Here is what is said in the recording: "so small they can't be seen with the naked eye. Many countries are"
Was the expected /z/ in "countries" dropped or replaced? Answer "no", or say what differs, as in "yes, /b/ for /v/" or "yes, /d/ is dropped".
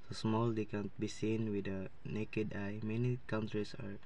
yes, /s/ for /z/